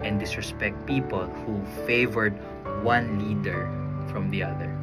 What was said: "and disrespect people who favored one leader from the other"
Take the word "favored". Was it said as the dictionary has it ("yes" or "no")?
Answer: yes